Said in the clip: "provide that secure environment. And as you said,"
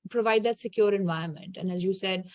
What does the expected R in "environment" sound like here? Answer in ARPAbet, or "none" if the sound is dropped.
none